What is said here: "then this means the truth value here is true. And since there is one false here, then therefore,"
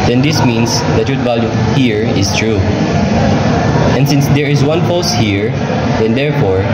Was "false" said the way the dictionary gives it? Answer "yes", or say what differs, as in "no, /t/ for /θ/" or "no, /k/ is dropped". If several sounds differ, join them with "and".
no, /p/ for /f/ and /l/ is dropped